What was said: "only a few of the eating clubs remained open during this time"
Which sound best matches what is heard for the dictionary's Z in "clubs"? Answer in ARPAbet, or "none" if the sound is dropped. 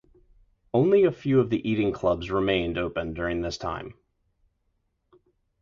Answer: Z